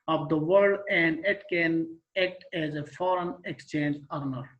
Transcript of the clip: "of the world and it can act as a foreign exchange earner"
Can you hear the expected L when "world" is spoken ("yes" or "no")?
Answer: no